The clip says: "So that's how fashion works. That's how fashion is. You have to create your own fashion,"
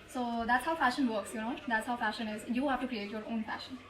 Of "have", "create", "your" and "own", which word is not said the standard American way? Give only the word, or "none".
have